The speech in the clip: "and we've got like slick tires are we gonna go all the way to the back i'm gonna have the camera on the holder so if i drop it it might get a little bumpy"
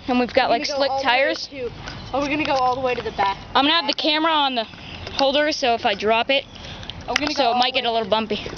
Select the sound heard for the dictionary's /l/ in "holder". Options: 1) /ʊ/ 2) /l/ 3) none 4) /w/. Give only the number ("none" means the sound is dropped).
2